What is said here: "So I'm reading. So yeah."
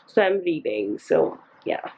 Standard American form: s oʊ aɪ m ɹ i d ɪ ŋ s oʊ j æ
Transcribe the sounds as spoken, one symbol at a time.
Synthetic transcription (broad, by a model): s oʊ aɪ m l i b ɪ ŋ s oʊ j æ